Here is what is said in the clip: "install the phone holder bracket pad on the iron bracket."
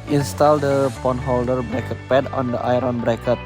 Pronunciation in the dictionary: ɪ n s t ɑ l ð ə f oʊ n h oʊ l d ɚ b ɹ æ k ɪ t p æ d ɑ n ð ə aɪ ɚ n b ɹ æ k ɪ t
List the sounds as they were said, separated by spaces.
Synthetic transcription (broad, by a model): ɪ n s t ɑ l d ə p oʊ n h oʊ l d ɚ b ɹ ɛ k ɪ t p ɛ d ɑ n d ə aɪ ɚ n b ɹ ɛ k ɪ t